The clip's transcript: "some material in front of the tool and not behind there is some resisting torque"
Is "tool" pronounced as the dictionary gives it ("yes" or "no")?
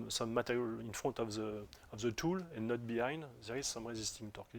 yes